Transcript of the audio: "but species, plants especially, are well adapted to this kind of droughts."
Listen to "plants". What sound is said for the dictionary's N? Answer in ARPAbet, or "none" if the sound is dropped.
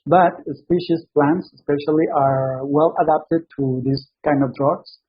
N